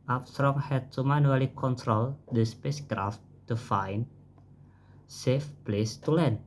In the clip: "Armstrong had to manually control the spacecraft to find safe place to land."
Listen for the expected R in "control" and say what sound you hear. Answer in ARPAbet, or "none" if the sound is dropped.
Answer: R